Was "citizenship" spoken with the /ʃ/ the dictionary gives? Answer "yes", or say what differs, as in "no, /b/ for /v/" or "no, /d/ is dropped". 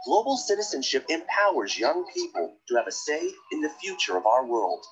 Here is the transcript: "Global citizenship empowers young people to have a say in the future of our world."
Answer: yes